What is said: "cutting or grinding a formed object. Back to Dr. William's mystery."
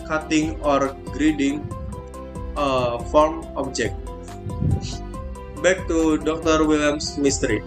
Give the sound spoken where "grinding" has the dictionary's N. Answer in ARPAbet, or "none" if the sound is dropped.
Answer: none